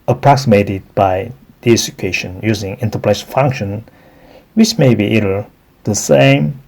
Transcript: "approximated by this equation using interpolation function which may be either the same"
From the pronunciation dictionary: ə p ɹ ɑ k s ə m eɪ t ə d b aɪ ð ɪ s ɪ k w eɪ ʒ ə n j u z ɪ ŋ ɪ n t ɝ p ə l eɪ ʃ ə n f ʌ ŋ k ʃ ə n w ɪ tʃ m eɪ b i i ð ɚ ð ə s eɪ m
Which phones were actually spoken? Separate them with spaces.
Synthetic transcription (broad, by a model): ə p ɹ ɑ k s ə m eɪ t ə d b aɪ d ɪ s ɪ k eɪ ʃ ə n j u z ɪ ŋ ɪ n t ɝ p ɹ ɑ ə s f ʌ ŋ k ʃ ə n w ɪ tʃ m eɪ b i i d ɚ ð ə s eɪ m